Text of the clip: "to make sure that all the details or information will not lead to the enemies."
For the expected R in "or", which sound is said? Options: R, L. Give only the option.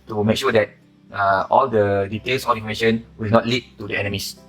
L